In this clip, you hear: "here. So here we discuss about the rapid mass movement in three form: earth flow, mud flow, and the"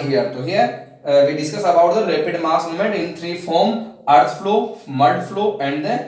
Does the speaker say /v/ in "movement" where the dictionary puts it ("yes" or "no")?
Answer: no